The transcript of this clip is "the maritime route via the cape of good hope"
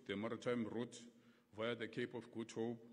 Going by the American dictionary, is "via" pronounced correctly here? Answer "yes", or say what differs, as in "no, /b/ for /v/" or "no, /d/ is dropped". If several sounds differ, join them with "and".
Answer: yes